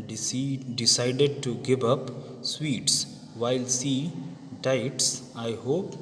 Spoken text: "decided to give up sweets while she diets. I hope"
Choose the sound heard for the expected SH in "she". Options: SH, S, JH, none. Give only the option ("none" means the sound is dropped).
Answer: S